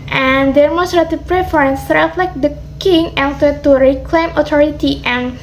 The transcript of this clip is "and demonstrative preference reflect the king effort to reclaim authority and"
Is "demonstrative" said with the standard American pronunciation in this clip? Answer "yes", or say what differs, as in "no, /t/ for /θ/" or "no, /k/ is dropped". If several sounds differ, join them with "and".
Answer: no, /n/ is dropped